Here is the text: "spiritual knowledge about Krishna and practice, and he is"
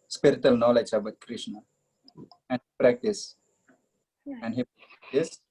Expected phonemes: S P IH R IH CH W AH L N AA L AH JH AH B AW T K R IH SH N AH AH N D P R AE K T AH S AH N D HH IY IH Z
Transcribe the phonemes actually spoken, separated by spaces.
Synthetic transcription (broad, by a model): S P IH R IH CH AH L N AA L AH JH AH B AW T K R IH SH N AH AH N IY P R AE K T AH S AH N D HH IY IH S